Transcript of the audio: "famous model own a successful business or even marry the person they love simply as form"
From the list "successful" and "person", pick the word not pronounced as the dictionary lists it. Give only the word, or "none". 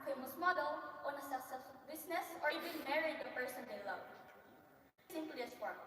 successful